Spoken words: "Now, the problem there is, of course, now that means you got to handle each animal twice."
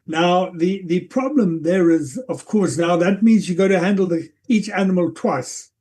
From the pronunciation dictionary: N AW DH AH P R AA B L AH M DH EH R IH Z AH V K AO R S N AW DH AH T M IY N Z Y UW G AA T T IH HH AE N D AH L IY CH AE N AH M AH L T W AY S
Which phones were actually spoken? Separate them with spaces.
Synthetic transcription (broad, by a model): N AW DH AH P R AA B L AH M DH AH R IH Z AH V K AO R S N AW DH AH T M IY N Z Y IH G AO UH T IH HH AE N D L IY CH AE N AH M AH L T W AY S